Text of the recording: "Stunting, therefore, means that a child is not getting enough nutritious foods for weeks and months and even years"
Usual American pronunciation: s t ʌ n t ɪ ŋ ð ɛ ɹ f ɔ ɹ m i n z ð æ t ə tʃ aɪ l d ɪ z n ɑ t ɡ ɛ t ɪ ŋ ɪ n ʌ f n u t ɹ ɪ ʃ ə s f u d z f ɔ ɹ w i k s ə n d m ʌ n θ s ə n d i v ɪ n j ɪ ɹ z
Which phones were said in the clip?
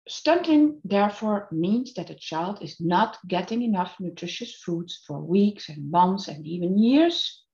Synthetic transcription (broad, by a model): s t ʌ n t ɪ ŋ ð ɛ ɹ f ɔ ɹ m i n z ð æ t ə tʃ aɪ l d ɪ z n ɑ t ɡ ɛ t ɪ ŋ ɪ n ʌ f n u t ɹ ɪ ʃ ə s f u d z f ɔ ɹ w i k s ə n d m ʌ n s ə n d i v ɪ n j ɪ ɹ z